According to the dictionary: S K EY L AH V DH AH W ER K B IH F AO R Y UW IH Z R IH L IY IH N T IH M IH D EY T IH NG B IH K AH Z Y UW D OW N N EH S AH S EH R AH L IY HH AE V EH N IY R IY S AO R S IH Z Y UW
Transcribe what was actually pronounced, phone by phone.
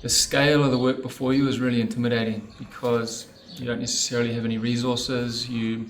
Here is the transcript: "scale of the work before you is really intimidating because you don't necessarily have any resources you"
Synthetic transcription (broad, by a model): S K EY L AH V DH AH W ER K B IH F AO R Y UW IH Z R IH L IY IH N T IH M IH D EY T IH NG B IH K AH Z Y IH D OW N N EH S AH S EH R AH L IY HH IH V EH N IY R IY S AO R S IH Z Y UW